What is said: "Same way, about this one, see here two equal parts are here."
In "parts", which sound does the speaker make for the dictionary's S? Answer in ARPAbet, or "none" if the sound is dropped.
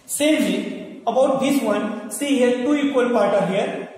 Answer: none